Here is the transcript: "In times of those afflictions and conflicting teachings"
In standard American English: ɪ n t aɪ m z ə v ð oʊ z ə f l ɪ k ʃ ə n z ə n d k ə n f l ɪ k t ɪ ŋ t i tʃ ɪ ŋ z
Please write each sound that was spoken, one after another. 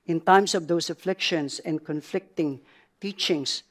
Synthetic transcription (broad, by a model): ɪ n t aɪ m s ə v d oʊ s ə f l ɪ k ʃ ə n s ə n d k ə n f l ɪ k t ɪ ŋ t i tʃ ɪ ŋ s